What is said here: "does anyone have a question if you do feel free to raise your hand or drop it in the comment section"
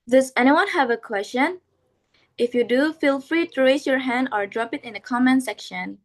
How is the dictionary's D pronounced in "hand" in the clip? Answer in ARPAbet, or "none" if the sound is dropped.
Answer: D